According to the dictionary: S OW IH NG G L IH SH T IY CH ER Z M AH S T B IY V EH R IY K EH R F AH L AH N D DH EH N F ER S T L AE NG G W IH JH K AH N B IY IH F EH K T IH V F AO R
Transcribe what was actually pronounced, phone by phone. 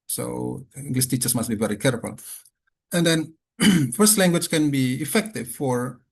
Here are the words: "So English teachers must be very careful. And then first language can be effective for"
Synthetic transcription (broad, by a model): S OW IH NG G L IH S T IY CH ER S M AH S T B IY V EH R IY K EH R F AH L AH N D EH N F ER S T L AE NG G W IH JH K AH N B IY IH F EH K T IH V F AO R